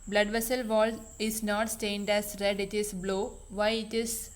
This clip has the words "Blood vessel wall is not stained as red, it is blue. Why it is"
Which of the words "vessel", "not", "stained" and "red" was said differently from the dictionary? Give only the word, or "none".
none